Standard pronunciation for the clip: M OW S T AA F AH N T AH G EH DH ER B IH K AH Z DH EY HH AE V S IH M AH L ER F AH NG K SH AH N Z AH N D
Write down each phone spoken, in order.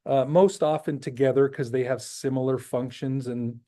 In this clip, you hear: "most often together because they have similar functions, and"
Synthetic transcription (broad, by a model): M OW S T AA F AH N T AH G EH DH ER K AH Z DH EY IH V S IH M L ER F AH NG K SH AH N Z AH N